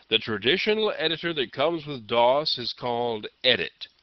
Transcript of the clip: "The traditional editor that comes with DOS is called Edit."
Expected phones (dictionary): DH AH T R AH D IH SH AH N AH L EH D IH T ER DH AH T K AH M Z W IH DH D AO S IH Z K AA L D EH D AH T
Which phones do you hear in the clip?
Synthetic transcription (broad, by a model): DH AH T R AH D IH SH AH N L EH D IH T ER DH AH T K AH M Z W IH DH D AO S IH Z K AA L D EH D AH T